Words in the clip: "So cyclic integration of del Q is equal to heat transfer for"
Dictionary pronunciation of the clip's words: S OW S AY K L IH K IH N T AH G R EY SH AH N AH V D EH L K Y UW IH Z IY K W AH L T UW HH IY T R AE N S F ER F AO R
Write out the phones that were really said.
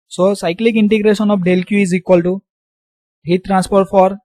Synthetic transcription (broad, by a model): S OW S AY K L IH K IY N T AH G R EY S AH N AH P D EH L K Y UW IH Z IY K W AH L T UW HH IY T R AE N S P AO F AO R